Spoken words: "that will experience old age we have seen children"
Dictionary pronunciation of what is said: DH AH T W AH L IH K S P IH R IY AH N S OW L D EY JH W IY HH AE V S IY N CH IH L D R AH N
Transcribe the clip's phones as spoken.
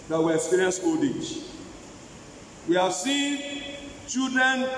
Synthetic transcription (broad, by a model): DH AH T W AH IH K S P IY R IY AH N S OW D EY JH W IY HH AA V S IY N CH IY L D R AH N